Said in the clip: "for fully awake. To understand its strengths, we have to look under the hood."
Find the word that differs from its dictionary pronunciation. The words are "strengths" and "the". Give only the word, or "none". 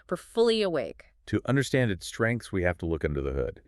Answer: none